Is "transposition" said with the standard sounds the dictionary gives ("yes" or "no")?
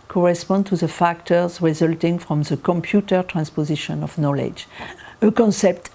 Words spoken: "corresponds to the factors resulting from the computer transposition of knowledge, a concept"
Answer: yes